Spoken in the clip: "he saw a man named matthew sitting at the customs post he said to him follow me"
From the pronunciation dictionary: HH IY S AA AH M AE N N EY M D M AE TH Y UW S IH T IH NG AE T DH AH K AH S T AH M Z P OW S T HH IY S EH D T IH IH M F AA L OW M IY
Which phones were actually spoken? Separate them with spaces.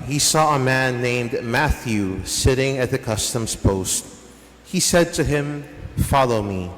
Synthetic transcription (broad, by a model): HH IY S AA AH M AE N N EY M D M AE TH Y UW S IH T IH NG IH T DH AH K AH S T AH M Z P OW S T HH IY S EH D T IH IH M F AA L OW M IY